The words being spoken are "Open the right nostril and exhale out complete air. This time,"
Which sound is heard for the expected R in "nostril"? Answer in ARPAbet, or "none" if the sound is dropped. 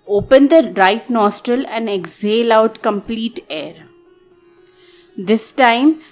R